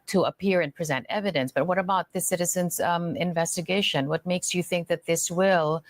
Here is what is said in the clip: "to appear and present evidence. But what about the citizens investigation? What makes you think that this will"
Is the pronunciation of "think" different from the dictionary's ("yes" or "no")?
no